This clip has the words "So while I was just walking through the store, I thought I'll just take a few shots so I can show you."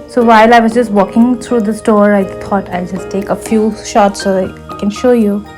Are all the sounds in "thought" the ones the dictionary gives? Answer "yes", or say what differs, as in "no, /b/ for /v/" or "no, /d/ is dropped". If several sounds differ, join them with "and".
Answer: no, /t/ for /θ/